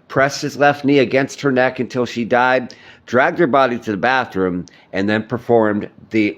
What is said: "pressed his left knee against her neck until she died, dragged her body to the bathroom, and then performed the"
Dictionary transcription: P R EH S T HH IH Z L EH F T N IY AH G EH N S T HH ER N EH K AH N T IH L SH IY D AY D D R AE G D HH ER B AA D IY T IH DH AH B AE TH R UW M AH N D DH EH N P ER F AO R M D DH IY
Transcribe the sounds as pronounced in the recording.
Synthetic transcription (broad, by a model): P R EH S T HH IH Z L EH F T N IY AH G EH N S T HH ER N EH K AH N T IH L SH IY D AY D D R AE G D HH ER B AA D IY T IH DH AH B AE TH R UW M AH N DH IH N P ER F AO R M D DH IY